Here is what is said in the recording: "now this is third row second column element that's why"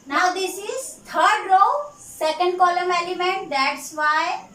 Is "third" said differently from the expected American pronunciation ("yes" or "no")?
yes